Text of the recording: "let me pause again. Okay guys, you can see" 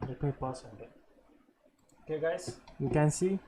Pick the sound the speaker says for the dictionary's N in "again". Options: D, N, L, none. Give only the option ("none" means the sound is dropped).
none